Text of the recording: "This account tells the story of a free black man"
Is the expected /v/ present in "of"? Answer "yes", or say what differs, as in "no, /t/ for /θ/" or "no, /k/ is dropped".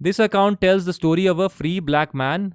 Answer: yes